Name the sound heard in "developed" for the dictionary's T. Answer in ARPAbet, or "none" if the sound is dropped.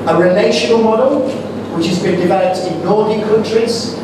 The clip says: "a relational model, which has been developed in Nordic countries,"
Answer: T